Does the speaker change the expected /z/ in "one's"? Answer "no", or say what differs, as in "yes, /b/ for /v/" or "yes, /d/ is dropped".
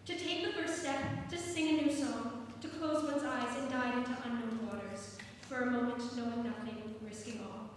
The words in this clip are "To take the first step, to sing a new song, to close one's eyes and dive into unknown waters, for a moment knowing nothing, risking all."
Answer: no